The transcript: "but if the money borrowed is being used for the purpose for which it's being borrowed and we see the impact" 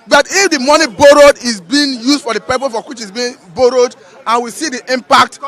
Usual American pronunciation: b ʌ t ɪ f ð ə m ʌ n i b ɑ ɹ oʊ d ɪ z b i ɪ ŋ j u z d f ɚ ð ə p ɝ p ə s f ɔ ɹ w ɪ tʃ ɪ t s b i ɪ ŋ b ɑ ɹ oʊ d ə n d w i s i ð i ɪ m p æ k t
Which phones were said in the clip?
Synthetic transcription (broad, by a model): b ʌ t ɪ f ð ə m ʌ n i b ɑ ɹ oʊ d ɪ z b i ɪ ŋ j u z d f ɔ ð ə p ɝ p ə f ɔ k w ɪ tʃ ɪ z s b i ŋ b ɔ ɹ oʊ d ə n w i s i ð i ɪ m p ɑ k t